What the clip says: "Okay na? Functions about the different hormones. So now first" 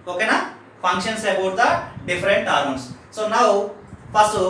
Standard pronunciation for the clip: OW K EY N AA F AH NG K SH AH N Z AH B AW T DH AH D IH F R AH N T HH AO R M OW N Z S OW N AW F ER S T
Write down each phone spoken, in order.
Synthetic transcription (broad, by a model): OW K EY N AA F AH NG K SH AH N S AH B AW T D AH D IH F R AH N T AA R OW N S S OW N AW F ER S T